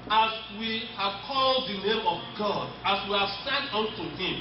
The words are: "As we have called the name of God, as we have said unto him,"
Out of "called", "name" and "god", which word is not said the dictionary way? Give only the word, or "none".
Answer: none